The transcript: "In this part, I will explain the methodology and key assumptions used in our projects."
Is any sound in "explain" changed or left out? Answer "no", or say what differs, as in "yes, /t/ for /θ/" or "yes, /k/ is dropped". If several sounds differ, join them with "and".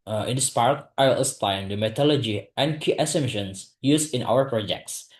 yes, /k/ is dropped